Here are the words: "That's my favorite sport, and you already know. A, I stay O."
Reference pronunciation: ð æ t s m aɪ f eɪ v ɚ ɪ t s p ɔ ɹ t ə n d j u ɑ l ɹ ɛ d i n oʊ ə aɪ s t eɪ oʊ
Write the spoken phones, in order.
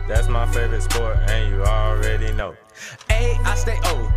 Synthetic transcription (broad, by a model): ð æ t s m aɪ f eɪ v ɚ ɪ t s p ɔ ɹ ə n j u ɑ l ɹ ɛ d i n oʊ ə aɪ s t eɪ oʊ